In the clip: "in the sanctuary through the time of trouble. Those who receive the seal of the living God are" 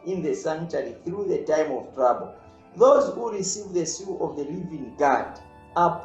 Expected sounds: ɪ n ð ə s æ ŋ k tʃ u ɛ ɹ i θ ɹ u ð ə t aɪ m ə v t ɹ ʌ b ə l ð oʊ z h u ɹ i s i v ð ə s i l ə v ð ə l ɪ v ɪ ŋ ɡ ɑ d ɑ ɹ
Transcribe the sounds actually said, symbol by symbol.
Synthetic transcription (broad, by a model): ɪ n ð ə s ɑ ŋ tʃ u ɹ i θ ɹ u ð ə t aɪ m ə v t ɹ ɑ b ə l ð oʊ z h u ɹ i s i v ð ə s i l ə v ð ə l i v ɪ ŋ ɡ ɑ d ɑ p